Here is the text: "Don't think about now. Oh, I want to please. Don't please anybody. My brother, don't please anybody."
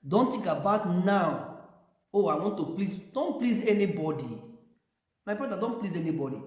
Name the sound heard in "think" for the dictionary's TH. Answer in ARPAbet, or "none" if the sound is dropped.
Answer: T